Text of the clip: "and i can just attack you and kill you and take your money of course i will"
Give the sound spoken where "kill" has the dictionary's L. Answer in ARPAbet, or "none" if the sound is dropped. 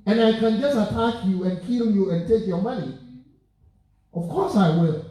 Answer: L